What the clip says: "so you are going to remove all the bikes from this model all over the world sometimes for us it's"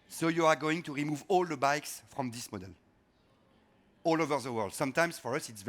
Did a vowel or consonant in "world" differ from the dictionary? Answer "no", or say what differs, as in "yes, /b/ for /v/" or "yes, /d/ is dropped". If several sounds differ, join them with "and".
no